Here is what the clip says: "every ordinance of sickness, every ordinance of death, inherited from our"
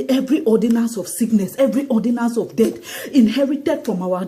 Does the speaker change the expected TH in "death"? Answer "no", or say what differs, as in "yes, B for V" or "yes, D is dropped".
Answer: yes, T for TH